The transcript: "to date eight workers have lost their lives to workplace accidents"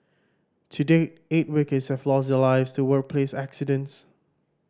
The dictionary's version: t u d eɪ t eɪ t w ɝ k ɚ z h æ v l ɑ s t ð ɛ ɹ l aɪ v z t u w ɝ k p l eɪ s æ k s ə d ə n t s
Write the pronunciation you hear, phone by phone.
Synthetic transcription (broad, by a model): t u d eɪ eɪ t w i k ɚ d h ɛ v l ɑ s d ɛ l aɪ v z t u w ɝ k p l eɪ s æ k s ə d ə n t s